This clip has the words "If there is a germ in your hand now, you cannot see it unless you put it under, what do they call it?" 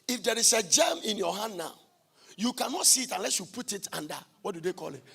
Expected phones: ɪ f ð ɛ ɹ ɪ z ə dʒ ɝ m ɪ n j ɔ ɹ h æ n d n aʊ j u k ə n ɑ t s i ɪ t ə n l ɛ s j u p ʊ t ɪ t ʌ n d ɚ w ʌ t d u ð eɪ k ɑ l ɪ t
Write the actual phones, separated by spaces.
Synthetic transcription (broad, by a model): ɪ f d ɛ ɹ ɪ s ə dʒ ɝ m ɪ n j ɔ h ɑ n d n aʊ j u k ə n ɑ t s i ɪ t ə n l ɛ s j u p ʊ t ɪ t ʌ n d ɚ w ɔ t d u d eɪ k ɑ l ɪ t